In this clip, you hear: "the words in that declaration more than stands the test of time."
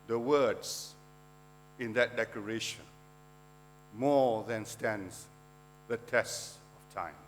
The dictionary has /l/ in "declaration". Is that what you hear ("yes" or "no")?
no